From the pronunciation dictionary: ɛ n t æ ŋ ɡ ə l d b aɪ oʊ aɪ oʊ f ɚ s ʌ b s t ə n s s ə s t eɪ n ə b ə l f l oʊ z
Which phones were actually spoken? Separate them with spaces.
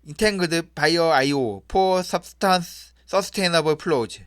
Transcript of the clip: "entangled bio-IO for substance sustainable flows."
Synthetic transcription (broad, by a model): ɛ n t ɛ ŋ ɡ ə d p aɪ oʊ aɪ oʊ p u s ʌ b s t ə n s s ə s t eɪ n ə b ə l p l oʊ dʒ